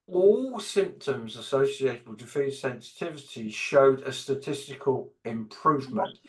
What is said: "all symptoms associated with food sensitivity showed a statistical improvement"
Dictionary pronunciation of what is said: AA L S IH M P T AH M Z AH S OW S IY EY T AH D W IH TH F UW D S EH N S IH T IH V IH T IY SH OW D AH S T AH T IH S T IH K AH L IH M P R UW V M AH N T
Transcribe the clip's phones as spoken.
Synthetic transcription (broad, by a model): AA L S IH M P T AH M Z AH S OW S IY EY T AH D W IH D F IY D S EH N S IH T IH V IH T IY SH OW D AH S T AH T IH S T IH K AH L IH M P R UW V M AH N T